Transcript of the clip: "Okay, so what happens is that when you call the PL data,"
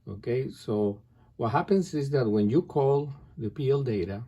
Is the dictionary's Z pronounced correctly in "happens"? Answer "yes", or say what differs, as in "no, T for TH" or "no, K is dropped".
no, S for Z